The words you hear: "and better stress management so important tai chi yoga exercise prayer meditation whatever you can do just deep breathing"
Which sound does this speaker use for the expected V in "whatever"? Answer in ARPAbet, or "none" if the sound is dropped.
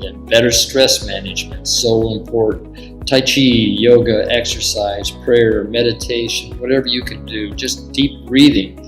V